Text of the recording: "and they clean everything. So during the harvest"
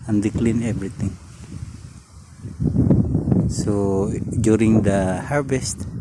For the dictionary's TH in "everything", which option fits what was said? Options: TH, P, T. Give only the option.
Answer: T